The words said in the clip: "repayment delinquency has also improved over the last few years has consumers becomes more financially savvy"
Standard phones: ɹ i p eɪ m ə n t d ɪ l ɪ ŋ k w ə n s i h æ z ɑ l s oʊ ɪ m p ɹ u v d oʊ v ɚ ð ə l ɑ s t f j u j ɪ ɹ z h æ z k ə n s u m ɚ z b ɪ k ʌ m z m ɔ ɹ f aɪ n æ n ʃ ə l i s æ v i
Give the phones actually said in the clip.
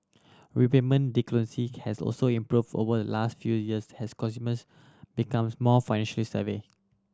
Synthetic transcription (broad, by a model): ɹ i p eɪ m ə n d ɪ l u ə n s i h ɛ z ɑ l s oʊ ɪ m p ɹ u v d oʊ v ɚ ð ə l ɑ s t f j u j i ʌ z h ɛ s k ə s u m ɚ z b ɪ k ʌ m s m ɔ f aɪ n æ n ʃ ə l i s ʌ v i